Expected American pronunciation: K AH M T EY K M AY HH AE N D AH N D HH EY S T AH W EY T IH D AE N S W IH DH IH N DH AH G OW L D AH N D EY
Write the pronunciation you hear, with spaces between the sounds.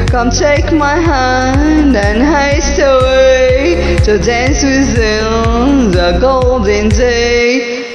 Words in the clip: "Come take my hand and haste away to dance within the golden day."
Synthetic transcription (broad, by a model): K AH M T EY K M AY HH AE N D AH N HH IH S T AH W EY T IH D AE N S W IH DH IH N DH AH G OW L D AH N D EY